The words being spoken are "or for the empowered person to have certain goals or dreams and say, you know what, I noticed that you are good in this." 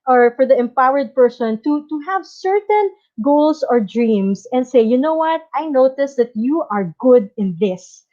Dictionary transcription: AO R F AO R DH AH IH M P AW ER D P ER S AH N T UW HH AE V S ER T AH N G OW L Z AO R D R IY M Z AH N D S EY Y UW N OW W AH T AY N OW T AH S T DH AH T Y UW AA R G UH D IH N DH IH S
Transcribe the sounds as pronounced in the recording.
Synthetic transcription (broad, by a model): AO R F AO R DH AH IH M P AW ER D P ER S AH N T UW HH AE V S ER T AH N G OW L S AO R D R IY M S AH N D S EY Y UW N OW W AH T AY N OW T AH S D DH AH T Y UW AA R G UH D IH N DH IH S